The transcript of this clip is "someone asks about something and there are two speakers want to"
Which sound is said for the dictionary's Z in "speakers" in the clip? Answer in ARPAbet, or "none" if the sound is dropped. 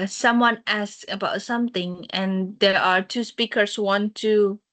S